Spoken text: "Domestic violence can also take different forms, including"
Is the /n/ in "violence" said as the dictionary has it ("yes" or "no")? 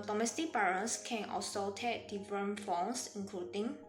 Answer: no